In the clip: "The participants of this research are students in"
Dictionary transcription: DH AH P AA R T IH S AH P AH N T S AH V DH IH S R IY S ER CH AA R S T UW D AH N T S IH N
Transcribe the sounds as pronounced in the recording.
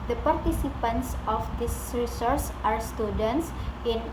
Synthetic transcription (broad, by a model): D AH P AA R T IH S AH P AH N T S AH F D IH S R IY S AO S AA R S T UW D AH N T S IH N